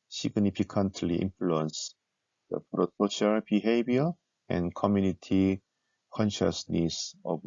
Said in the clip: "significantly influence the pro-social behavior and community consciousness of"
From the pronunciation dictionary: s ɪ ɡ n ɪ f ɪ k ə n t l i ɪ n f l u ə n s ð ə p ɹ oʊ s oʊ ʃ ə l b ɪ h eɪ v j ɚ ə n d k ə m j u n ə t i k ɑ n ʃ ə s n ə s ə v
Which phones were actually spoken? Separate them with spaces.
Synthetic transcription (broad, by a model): s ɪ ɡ n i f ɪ k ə n t l i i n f l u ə n s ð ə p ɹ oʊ s oʊ ʃ ə l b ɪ h eɪ b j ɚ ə n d k ə m j u n ə t i k ɑ n ʃ ə s n ə s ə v